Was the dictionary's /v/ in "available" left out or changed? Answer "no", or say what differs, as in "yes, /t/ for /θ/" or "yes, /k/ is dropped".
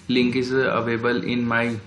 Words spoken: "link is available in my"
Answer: yes, /v/ is dropped